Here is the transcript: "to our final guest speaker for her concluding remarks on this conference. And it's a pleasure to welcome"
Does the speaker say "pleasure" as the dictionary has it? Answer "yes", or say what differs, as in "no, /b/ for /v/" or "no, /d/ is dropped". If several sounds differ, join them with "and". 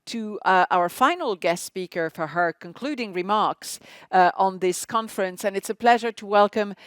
yes